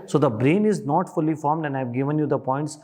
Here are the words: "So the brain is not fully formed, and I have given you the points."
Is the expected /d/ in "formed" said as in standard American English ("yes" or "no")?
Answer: yes